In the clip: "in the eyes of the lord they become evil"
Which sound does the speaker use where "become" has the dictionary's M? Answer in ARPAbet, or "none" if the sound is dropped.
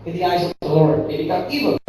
none